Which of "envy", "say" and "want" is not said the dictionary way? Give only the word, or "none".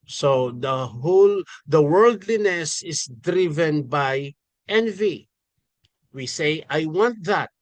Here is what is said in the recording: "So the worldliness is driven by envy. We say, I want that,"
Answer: none